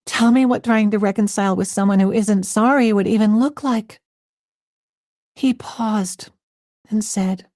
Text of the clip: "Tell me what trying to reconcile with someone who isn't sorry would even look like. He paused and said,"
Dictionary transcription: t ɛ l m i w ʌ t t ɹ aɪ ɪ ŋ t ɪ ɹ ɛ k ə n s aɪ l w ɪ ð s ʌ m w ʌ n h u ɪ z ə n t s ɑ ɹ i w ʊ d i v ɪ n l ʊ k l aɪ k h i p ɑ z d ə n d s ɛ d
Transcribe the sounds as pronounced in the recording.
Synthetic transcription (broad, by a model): t ɛ l m i w ʌ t t ɹ aɪ ɪ ŋ t ɪ ɹ ɛ k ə n s aɪ l w ɪ ð s ʌ m w ʌ n h u ɪ z ə n t s ɑ ɹ i w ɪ d i v ɪ n l ʊ k l aɪ k h i p ɑ z d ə n s ɛ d